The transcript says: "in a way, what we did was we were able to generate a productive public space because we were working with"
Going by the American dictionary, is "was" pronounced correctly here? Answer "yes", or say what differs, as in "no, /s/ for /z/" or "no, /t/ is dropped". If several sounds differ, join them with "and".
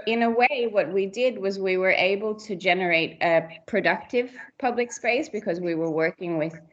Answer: yes